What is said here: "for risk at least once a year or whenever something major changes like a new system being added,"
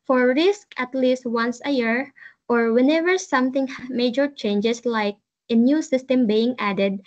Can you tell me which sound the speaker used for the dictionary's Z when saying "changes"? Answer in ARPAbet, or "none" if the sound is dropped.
S